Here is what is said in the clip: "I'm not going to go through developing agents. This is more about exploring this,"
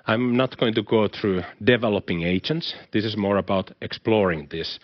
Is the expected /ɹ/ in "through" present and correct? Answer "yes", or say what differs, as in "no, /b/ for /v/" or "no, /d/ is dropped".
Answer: yes